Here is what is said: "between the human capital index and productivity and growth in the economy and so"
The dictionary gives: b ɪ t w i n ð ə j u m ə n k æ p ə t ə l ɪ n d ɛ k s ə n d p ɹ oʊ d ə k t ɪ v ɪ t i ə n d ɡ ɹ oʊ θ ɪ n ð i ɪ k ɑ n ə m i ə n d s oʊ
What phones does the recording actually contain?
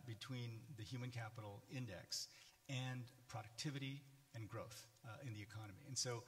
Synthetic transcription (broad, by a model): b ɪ t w i n ð ə j u m ə n k æ p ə t l ɪ n d ɛ k s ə n p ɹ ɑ d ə k t ɪ v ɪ t i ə n ɡ ɹ oʊ θ ɪ n ð i ɪ k ɑ n ə m i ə n s oʊ